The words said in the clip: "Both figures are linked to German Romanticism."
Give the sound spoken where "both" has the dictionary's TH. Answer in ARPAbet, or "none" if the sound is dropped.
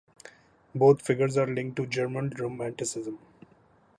T